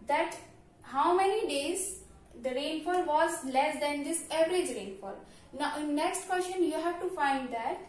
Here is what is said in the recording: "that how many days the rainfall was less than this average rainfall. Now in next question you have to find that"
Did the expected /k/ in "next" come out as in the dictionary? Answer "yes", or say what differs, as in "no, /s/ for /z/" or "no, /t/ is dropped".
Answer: yes